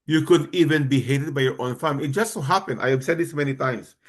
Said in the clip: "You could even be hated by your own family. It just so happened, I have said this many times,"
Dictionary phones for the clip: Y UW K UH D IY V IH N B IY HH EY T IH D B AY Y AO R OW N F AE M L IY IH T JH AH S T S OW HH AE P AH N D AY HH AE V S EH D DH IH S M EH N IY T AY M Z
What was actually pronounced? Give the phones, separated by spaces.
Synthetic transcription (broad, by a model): Y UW K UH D IY V IH N B IY HH EY T IH D B AY Y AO R OW N F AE M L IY IH T JH AH S T S OW HH AE P AH N D AY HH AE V S EH D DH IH S M EH N IY T AY M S